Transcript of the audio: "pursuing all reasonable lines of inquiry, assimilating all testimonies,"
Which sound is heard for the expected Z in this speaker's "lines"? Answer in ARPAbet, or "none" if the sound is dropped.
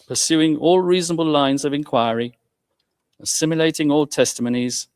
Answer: Z